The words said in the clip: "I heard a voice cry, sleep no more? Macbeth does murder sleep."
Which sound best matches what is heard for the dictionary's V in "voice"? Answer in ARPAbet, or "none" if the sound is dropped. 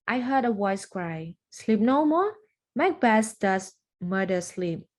W